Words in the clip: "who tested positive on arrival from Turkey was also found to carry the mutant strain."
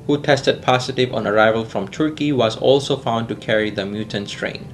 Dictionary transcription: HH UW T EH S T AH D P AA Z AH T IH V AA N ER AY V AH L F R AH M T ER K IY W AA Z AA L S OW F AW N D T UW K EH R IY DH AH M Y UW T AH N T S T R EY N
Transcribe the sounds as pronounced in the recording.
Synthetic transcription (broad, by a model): HH UW T EH S T AH D P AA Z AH T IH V AA N ER AY V AH L F R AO M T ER K IY W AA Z AA L S OW F AW N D T UW K EH R IY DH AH M Y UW T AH N S T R EY N